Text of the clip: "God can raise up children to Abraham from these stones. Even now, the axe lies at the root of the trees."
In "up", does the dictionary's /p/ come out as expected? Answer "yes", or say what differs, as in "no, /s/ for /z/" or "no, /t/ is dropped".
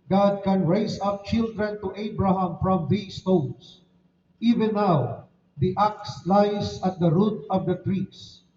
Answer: yes